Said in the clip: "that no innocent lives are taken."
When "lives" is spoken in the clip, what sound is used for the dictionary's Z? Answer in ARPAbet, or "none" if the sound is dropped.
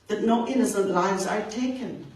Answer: Z